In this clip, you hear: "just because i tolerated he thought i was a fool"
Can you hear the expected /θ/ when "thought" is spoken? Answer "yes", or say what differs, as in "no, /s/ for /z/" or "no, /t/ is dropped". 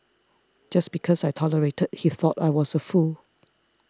yes